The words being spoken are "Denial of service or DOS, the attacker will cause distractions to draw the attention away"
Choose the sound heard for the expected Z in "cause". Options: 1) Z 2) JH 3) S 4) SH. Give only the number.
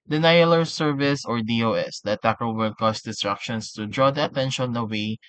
3